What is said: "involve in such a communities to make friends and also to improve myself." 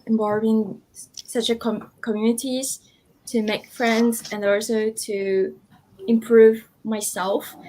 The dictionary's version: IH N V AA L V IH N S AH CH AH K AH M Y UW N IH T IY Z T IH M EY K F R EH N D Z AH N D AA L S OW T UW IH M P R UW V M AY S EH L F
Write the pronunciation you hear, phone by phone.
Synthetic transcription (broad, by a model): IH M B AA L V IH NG S AH CH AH K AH M Y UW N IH T IY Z T IH M EY K F R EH N D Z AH N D AA L S OW T UW IH M P R UW V M AY S EH L F